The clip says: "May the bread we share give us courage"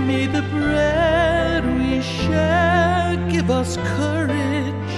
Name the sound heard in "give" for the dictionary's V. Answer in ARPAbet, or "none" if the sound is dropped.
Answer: V